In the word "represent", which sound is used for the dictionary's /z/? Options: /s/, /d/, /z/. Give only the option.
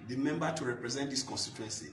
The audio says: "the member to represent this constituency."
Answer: /z/